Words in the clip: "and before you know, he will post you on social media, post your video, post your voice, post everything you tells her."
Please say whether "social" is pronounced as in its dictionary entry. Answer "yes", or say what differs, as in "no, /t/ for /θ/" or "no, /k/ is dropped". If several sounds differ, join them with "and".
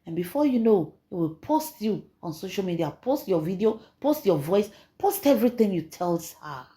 yes